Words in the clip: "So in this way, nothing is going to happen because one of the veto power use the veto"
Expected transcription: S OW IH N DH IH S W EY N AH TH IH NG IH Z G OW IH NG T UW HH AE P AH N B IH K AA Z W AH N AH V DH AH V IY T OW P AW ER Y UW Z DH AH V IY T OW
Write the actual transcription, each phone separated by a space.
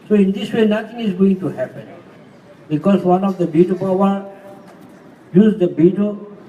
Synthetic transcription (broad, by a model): S OW IH N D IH S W EY N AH T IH NG IH Z G OW IH NG T UW HH AE P AH N B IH K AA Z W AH N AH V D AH B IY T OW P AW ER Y UW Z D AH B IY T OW